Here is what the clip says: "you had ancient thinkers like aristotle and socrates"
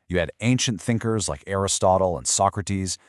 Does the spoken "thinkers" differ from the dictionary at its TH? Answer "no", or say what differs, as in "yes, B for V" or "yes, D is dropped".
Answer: no